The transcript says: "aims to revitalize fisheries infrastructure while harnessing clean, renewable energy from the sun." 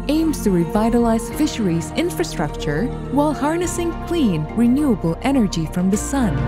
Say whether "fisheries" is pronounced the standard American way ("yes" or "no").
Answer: yes